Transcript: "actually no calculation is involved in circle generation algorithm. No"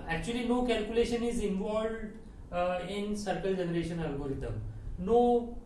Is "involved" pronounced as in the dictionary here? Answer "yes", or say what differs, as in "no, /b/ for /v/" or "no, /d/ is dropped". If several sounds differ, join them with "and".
yes